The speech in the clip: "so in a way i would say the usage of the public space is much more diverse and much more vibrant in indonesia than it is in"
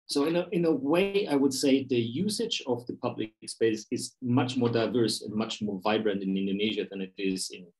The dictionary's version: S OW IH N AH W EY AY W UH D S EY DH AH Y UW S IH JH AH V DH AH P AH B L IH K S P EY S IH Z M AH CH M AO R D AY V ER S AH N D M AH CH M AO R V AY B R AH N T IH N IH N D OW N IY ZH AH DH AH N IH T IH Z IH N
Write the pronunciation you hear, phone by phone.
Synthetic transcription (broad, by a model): S OW IH N AH W EY AY W UH D S EY DH AH Y UW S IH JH AH V DH AH P AH B L IH K S P EY S IH Z M AH CH M AO R D AY V ER S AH N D M AH CH M AO R V AY B R AH N T IH N IH N D OW N IY ZH AH DH AH N IH T IH Z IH N